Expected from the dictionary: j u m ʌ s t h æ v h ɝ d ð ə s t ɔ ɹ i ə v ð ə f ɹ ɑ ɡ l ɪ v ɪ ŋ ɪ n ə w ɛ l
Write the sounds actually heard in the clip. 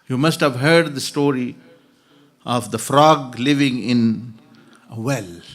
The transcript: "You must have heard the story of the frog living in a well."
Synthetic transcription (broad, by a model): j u m ʌ s t h æ v h ɝ d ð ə s t ɔ ɹ i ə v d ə f ɹ ɑ ɡ l ɪ v ɪ ŋ ɪ n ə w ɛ l